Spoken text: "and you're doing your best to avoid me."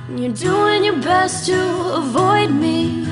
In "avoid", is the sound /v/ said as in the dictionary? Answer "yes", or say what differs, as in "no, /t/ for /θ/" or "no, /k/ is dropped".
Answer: yes